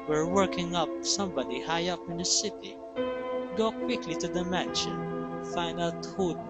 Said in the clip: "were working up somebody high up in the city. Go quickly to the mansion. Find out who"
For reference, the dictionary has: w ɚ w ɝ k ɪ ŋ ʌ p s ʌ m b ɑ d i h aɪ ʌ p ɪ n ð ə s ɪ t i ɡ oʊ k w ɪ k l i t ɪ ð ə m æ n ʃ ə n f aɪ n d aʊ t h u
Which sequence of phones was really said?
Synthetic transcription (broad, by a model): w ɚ w ɝ k ɪ ŋ ʌ p s ʌ m b ɑ d i h aɪ ʌ p ɪ n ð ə s ɪ t i ɡ oʊ k w ɪ k l i t ɪ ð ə m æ n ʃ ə n f aɪ n d aʊ t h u